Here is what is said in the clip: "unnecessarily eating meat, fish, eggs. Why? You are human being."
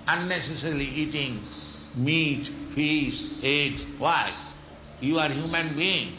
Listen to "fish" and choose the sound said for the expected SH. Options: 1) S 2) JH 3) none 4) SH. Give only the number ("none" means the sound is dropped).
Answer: 1